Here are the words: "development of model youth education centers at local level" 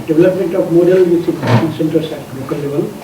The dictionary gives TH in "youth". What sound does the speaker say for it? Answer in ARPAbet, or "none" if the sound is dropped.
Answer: S